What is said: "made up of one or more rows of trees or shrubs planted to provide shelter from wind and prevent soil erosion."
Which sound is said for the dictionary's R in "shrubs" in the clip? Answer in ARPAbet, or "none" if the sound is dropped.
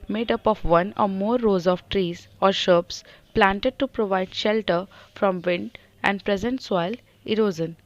none